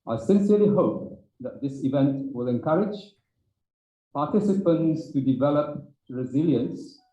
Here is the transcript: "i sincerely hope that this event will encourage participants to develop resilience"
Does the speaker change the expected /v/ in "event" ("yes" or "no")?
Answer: no